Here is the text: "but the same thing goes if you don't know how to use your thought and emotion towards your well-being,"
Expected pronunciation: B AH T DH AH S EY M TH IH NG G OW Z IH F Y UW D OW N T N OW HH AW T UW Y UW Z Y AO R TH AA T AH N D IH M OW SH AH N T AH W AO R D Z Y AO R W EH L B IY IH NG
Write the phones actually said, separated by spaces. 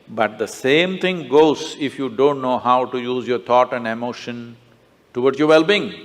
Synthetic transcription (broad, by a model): B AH T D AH S EY M T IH NG G OW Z IH F Y UW D OW N T N OW HH AW T UW Y UW Z Y AO R T AA T AH N D IH M OW SH AH N T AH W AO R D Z Y AO R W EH L B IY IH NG